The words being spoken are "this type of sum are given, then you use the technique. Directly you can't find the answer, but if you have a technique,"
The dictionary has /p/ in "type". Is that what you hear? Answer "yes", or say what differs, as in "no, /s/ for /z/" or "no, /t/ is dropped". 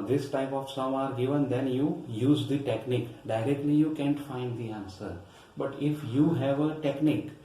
yes